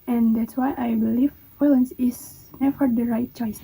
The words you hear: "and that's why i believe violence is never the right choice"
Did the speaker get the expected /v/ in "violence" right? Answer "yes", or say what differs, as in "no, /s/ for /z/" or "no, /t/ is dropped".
no, /f/ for /v/